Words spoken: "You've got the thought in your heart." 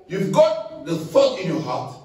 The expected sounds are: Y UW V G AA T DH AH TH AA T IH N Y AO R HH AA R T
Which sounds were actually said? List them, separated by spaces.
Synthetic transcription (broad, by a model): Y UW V G AA T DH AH F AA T IH N Y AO HH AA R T